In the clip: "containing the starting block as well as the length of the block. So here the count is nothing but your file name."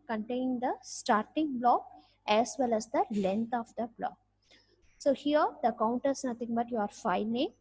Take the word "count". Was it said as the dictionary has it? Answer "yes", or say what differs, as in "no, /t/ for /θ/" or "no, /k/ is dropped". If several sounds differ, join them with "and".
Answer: yes